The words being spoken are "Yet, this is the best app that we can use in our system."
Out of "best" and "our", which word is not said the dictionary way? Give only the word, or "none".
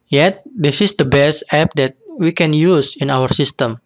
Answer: none